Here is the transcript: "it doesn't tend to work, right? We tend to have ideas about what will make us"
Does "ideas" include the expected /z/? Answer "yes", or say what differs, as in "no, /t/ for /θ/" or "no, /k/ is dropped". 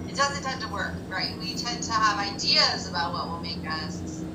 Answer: yes